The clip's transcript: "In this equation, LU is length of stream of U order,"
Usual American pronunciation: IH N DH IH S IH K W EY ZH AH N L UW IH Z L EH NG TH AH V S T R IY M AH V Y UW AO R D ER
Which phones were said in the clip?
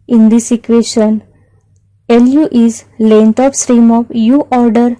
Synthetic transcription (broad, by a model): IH N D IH S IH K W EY SH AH N L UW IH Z L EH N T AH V S T R IY M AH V Y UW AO R D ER